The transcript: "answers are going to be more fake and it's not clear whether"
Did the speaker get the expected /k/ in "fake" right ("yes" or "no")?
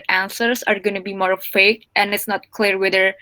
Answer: yes